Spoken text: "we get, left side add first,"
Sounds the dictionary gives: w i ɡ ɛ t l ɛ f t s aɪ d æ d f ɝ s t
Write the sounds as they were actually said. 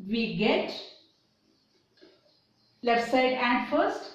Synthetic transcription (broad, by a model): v i ɡ ɛ t l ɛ t s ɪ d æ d f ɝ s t